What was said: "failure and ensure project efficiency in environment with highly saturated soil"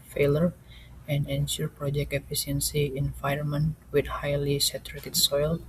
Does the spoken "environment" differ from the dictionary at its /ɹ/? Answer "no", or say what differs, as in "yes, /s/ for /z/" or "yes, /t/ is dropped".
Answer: yes, /ɹ/ is dropped